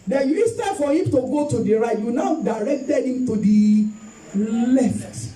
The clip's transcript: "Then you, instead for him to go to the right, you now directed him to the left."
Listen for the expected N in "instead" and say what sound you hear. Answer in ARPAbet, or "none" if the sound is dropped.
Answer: none